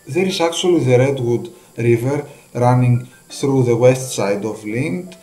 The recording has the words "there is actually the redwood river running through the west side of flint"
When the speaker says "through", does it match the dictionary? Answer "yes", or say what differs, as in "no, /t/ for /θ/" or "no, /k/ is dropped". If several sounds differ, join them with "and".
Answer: yes